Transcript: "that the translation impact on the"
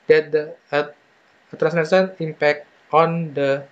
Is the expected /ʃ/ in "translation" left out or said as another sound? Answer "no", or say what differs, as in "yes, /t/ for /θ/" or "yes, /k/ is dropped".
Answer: yes, /s/ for /ʃ/